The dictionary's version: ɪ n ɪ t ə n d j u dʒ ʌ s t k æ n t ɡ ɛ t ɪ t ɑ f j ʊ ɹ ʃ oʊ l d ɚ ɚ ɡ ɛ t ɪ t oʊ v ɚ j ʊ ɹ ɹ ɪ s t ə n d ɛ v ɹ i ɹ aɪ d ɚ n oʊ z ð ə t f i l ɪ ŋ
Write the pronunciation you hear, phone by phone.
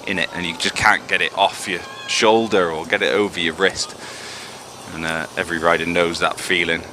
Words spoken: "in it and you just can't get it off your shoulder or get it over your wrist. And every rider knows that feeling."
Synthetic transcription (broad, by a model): ɪ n ɪ t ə n j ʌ dʒ ʌ s k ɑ n ɡ ɛ t ɪ t ɑ f j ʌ ʃ oʊ l d ɚ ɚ ɡ ɛ t ɪ t oʊ v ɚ j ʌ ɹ ɹ ɪ s t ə n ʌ ɛ v ɹ i ɹ aɪ d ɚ n oʊ z ð ə t f i l ɪ ŋ